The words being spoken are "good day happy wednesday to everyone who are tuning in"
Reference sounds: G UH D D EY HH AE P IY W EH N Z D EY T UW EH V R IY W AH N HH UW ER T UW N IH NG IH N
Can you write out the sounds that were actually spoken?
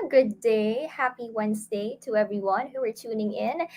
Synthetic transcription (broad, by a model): G UH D D EY HH AE P IY W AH N S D EY T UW EH V R IY W AH N HH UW ER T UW N IH NG IH N